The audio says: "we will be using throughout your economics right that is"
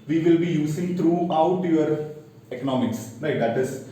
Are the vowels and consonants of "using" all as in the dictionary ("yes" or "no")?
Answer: no